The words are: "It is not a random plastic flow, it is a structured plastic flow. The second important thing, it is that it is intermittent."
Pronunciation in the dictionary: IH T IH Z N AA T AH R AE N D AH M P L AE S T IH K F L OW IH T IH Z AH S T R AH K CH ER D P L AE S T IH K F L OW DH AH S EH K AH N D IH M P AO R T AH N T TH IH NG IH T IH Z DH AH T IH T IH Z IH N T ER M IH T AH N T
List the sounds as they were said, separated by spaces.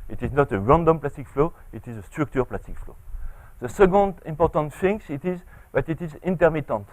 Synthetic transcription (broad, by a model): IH T IH Z N AA T AH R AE N D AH M P L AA S T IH K F L OW IH T IH Z AH S T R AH K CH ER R P L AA S T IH K F L OW DH AH S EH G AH N D IH M P AO R T AH N T F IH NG IH T IH Z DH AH T IH T IH Z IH N T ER M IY T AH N T